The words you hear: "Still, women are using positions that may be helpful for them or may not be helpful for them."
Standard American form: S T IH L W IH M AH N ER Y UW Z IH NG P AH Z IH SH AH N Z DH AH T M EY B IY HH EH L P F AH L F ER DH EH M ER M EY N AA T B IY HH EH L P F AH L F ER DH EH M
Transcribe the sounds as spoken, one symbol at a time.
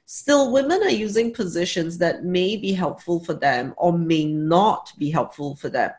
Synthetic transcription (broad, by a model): S T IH L W IH M AH N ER Y UW Z IH NG P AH Z IH SH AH N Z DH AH T M EY B IY HH EH L P F AH L F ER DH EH M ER M EY N AA T B IY HH EH L P F AH L F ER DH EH M